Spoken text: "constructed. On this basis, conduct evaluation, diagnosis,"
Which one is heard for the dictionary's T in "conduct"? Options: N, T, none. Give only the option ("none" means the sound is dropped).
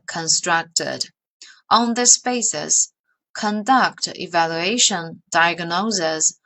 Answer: T